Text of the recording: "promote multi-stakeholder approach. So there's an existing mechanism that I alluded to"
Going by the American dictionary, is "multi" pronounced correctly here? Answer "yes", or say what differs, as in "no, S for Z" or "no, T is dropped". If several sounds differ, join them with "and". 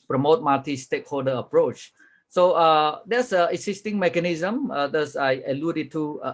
no, L is dropped